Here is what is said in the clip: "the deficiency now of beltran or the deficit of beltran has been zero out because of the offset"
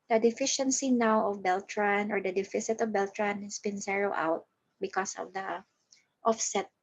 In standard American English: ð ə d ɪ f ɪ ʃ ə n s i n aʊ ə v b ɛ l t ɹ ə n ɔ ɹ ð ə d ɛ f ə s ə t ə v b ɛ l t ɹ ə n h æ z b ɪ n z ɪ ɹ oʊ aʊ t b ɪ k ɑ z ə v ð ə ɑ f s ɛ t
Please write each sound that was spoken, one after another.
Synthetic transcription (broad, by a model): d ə d ɪ f ɪ ʃ ə n s i n aʊ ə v b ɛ l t ɹ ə n ɔ ɹ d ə d ɛ f ə s ə t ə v b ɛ l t ɹ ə n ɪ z b ɪ n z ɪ ɹ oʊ aʊ t b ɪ k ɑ s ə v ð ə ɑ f s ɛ t